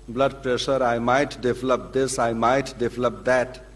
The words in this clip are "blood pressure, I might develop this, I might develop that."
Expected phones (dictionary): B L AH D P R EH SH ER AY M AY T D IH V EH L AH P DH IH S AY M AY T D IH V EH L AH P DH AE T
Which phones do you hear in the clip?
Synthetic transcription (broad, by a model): B L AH D P R EH SH ER AY M AY T D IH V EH L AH P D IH S AY M AY T D IH V EH L AH P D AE T